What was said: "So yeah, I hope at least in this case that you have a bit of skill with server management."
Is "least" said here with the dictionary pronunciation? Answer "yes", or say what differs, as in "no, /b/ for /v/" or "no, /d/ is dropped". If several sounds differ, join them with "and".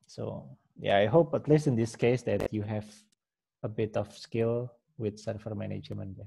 no, /t/ is dropped